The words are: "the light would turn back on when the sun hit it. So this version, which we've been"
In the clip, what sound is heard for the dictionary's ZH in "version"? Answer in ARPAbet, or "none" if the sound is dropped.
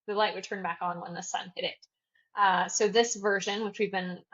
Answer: ZH